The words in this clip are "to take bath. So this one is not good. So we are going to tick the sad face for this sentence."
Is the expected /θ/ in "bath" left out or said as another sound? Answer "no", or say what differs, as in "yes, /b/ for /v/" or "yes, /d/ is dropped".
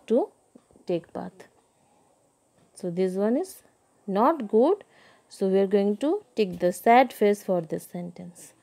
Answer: yes, /t/ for /θ/